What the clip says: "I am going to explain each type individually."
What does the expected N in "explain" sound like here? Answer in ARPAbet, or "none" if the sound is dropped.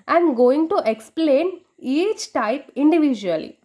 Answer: N